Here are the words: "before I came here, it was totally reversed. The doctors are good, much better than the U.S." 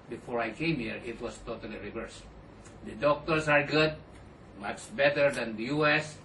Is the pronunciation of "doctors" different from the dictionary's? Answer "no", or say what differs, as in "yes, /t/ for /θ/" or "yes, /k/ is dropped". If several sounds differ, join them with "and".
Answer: yes, /s/ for /z/